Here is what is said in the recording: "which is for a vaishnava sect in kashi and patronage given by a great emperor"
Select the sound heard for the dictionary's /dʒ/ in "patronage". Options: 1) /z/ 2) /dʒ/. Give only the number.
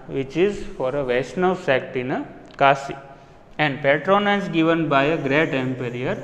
1